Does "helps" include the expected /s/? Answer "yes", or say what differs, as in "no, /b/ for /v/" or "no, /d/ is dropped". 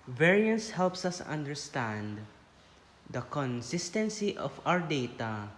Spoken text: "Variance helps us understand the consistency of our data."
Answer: yes